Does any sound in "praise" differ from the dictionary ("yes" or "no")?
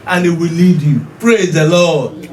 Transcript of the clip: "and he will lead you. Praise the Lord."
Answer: no